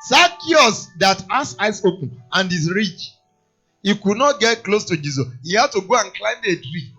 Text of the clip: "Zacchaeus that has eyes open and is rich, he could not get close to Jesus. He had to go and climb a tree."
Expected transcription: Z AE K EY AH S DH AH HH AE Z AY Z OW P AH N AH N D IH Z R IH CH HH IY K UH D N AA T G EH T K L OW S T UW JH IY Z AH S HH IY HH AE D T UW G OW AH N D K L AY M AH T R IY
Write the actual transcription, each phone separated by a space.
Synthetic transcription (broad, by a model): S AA K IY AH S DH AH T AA S AY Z OW P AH N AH N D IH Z R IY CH HH IY K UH D N AA T G EH T K L OW S T UW JH IY Z AH S HH IY HH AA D T UW G OW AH N K L AY M AH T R IY